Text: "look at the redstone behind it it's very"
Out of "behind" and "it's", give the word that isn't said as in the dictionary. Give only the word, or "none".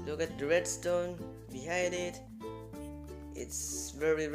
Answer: behind